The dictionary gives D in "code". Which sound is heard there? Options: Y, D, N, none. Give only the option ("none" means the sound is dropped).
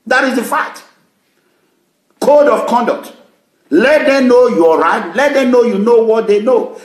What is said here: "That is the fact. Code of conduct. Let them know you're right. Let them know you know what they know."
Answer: D